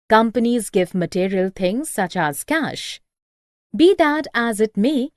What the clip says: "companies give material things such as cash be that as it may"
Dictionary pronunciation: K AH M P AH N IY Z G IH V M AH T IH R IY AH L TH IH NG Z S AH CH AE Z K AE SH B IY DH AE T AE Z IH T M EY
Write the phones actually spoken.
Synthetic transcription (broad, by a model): K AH M P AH N IY Z G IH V M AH T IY R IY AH L T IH NG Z S AH CH AE Z K AE SH B IY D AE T AE Z IH T M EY